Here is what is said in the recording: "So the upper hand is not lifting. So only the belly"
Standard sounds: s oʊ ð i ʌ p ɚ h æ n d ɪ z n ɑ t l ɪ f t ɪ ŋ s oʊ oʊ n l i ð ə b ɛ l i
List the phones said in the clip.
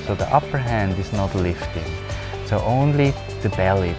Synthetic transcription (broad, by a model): s oʊ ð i ʌ p ɚ h æ n d ɪ z n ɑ t l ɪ f t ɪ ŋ s oʊ oʊ n l i ð ə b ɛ l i